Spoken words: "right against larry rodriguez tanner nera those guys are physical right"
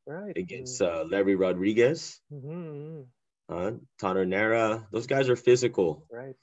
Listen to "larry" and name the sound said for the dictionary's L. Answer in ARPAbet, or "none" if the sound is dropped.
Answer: L